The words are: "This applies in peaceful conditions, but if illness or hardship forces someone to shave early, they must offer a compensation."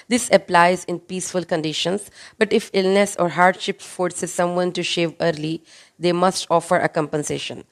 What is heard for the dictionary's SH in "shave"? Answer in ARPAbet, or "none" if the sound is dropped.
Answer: SH